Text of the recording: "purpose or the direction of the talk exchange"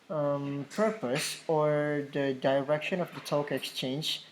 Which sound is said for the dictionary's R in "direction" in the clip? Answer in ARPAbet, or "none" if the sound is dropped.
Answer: R